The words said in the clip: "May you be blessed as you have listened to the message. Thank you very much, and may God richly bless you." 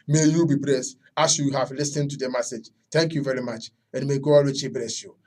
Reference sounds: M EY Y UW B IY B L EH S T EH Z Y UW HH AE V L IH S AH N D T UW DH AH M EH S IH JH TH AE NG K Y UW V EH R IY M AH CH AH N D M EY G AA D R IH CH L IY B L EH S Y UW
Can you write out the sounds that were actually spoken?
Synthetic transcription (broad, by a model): M EY Y UW B IY B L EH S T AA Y Y UW HH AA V L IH S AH N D T UW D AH M EH S IH JH T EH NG K Y UW V EH R IY M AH CH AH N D M EY G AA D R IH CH IY B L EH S Y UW